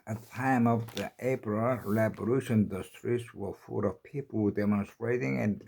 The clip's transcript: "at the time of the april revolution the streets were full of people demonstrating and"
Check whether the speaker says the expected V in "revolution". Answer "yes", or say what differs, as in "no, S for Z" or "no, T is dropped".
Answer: no, B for V